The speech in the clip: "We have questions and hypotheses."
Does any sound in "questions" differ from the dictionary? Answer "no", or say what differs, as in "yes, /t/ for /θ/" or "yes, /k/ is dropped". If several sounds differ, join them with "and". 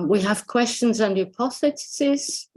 no